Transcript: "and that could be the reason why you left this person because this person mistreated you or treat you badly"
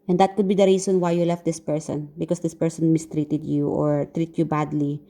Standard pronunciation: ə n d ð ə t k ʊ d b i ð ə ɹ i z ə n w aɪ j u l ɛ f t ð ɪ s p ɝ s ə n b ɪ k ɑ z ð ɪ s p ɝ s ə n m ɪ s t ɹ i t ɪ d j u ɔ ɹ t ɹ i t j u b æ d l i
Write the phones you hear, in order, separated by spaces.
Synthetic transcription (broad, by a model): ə n d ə t k ʊ d b i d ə ɹ i s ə n w aɪ j u l ɛ f t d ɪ s p ɝ s ə n b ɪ k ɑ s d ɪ s p ɝ s ə n m ɪ s t ɹ i t ɪ d j u ɔ ɹ t ɹ i t j u b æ d l i